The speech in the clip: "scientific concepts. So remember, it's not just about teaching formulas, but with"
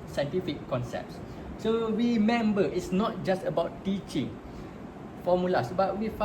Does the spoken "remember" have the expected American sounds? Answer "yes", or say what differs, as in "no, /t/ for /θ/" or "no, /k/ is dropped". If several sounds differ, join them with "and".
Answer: no, /w/ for /ɹ/